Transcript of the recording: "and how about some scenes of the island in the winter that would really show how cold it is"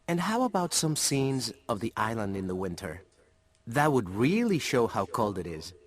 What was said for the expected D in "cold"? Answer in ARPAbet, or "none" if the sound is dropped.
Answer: D